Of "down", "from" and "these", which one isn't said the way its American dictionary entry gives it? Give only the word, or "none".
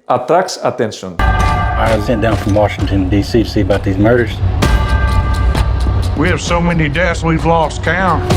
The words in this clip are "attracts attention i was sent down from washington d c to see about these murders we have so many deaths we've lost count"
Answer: none